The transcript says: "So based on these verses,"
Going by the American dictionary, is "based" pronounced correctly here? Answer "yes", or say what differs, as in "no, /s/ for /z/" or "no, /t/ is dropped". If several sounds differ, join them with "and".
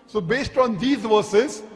yes